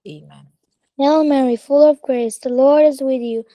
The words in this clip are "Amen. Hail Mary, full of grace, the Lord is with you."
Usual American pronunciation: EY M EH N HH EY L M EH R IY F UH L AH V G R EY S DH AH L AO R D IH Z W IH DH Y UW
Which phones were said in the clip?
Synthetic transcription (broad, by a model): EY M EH N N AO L M EH R IY F UH L AH V G R EY S DH AH L AO R D IH Z W IH DH Y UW